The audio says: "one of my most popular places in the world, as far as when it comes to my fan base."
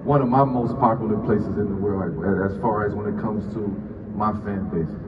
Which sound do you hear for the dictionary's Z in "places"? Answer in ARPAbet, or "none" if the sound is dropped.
Z